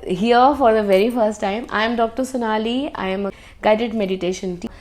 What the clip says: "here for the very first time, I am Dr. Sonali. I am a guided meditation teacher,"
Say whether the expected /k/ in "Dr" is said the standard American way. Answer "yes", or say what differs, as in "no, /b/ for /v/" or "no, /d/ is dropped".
yes